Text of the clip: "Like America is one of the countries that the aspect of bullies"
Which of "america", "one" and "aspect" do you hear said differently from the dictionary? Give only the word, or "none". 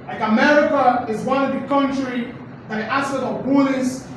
aspect